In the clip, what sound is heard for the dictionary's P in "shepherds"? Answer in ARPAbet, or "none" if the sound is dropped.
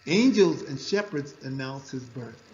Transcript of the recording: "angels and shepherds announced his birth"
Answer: P